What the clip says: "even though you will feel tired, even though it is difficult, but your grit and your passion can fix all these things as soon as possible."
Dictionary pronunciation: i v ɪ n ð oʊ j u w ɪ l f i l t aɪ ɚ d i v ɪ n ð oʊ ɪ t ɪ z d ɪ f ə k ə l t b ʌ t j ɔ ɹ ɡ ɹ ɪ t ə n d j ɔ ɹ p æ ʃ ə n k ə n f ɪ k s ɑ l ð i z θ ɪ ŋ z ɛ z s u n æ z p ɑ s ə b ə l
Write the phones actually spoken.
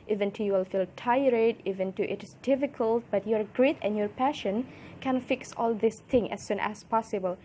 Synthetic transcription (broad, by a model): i v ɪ n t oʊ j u w ɪ l f i l t aɪ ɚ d i v ɪ n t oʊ ɪ t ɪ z d ɪ f ə k ə l t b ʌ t j ɔ ɹ ɡ ɹ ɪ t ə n j ɔ ɹ p æ ʃ ə n k ə n f ɪ k s ɑ l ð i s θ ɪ ŋ ɛ s u n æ s p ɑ s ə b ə l